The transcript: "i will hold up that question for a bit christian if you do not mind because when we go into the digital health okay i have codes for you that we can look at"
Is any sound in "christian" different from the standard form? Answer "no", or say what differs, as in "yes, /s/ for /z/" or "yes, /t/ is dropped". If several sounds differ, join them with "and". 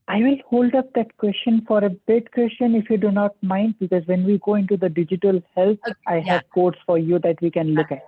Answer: yes, /w/ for /ɹ/